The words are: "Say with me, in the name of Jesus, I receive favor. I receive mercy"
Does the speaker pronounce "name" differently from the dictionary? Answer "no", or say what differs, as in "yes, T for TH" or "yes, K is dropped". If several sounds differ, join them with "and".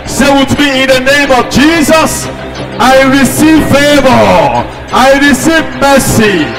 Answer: no